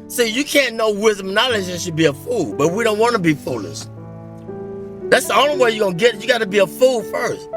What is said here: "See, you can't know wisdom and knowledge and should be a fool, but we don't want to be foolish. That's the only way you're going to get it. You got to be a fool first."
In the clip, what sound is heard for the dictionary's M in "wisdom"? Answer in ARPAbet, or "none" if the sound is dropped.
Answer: M